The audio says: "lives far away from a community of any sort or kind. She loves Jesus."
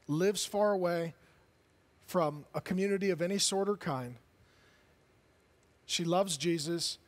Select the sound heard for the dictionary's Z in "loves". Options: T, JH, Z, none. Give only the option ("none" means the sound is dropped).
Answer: Z